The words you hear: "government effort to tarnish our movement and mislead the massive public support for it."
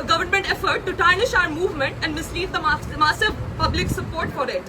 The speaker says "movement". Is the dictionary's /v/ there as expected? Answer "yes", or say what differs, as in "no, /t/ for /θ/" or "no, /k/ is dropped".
yes